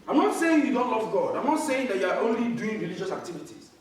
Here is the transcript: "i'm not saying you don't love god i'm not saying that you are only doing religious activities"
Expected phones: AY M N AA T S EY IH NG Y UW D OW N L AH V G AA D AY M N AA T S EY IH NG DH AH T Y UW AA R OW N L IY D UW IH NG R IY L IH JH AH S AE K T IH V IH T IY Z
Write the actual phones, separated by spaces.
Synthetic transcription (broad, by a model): AY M N AA T S EY IH NG Y UW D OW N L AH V G AA D AY M N AA T S EY IH NG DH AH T Y UW AA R OW N L IY D UW IH NG R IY L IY JH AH S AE K T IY V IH T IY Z